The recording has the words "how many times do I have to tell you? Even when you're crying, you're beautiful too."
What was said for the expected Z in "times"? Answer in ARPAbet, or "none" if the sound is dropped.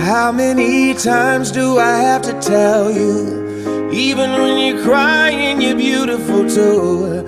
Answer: Z